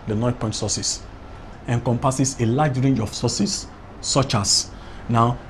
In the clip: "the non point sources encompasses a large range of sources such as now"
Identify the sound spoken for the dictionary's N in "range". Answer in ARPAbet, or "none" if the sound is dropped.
N